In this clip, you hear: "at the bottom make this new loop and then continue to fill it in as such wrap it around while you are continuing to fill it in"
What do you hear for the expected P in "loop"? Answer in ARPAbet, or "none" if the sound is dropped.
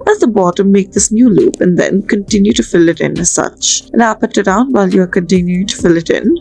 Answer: P